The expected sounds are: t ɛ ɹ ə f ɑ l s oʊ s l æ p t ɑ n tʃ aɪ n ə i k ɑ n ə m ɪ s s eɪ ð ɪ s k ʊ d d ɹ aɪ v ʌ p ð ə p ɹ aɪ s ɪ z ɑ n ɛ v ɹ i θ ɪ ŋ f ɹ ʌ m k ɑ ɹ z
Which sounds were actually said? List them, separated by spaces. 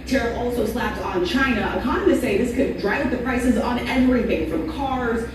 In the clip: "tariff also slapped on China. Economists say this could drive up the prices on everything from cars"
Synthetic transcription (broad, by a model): t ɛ ɹ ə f ɑ l s oʊ s l æ p t n tʃ aɪ n ə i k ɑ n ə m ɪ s s eɪ ð ɪ s k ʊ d d ɹ aɪ v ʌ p ð ə p ɹ aɪ s ɪ z n ɛ v ɹ i θ ɪ ŋ f ɹ ʌ m k ɑ ɹ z